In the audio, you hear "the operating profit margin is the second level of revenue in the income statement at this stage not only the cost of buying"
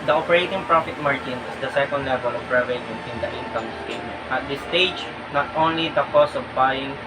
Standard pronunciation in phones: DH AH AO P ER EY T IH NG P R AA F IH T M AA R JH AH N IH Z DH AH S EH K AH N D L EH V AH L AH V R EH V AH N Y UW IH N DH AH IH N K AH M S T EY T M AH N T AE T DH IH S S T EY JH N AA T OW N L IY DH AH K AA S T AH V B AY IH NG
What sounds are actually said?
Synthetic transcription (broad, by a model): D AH AO P ER EY T IH NG P R AA F IH T M AA R JH AH N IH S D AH S EH K AH N D L EH V AH L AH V R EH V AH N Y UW IH N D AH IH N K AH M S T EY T M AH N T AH T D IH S S T EY JH N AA T OW N L IY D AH K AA S AH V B AY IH NG